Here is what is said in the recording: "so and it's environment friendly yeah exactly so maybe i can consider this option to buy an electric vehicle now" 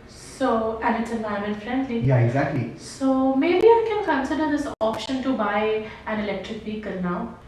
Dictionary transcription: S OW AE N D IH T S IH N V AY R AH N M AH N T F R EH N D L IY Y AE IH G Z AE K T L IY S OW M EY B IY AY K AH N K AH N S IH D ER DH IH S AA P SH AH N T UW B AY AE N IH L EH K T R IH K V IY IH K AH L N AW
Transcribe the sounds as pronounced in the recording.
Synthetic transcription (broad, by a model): S OW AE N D IH T S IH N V AY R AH M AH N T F R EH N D L IY Y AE IH G Z AE K T L IY S OW M EY B IY AY K AH N K AH N S IH D ER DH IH S AA P SH AH N T UW B AY AE N IH L EH K T R IH K P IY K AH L N AW